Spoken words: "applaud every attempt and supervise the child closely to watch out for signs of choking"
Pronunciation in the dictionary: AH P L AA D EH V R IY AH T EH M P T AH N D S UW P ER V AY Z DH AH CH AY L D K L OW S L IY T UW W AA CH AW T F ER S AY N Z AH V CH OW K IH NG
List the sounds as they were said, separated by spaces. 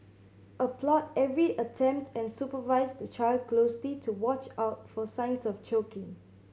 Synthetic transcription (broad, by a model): AH P L AA D EH V R IY AH T EH M P T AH N S UW P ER V AY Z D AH CH AY L D K L OW S L IY T UW W AA CH AW T F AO S AY N S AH F CH OW K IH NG